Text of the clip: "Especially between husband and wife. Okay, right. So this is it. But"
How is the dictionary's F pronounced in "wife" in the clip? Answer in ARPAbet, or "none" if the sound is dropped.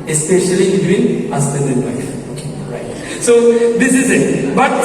none